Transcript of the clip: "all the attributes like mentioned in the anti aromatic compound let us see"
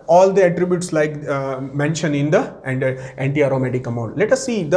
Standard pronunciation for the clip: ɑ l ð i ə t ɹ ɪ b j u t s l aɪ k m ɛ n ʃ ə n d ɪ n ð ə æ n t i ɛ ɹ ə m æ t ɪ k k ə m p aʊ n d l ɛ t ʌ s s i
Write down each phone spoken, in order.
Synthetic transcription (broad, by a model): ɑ l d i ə t ɹ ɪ b j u t s l aɪ k m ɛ n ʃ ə n d ɪ n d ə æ n t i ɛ ɹ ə m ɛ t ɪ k k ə m aʊ n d l ɛ t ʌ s s i